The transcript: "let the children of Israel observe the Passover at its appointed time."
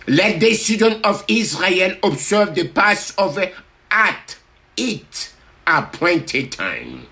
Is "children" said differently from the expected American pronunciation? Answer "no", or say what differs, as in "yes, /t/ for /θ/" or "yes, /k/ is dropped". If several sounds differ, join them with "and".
yes, /s/ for /tʃ/ and /l/ is dropped and /ɹ/ is dropped